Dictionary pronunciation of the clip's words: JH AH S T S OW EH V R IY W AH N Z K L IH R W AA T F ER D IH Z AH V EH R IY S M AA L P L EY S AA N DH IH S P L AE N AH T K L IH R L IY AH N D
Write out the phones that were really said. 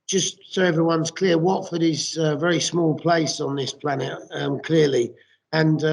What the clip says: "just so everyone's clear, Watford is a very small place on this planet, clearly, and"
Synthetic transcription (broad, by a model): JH AH S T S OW EH V R IY W AH N Z K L IH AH W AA T F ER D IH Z AH V EH R IY S M AA L P L EY S N DH IH S P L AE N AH T K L IH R L IY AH N